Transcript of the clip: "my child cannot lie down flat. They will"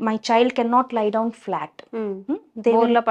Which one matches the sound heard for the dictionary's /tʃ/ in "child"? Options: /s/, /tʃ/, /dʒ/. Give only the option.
/tʃ/